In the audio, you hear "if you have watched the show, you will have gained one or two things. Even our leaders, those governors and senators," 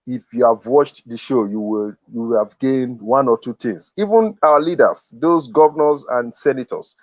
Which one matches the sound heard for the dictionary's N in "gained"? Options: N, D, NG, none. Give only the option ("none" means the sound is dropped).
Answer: N